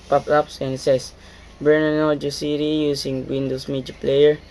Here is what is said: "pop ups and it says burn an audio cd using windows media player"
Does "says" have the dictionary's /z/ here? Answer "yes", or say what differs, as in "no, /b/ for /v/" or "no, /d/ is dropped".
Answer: no, /s/ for /z/